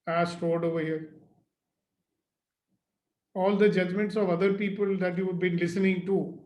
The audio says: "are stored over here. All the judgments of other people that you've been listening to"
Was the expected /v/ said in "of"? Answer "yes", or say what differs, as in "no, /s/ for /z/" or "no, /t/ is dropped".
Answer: yes